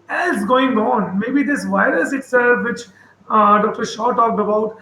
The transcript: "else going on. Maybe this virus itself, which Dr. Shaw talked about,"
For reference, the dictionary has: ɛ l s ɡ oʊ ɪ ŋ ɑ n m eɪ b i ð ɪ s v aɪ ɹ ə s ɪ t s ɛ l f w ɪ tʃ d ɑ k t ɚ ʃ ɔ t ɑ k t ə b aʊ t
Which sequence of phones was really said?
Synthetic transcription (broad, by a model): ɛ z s ɡ oʊ ɪ ŋ ɑ n m eɪ b i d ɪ s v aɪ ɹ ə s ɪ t s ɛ l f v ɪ tʃ d ɑ k t ɚ ʃ ɔ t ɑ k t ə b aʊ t